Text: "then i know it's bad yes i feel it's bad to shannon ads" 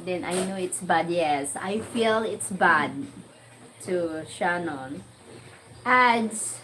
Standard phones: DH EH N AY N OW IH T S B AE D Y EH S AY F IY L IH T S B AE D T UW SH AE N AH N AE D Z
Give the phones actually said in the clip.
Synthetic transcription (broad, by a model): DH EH N AY N OW IH T S B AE D Y EH S AY F IY L IH T S B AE D T UW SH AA N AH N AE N